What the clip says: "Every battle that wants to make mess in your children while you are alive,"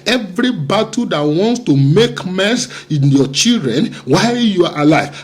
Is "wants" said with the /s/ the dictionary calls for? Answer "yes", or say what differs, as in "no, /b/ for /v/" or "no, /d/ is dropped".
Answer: yes